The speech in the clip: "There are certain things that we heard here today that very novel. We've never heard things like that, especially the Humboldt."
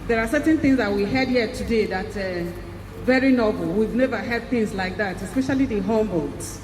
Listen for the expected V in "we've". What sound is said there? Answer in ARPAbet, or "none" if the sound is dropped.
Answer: V